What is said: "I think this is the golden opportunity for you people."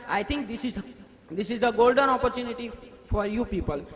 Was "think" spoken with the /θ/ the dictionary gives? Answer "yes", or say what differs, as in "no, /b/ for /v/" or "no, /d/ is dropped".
no, /t/ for /θ/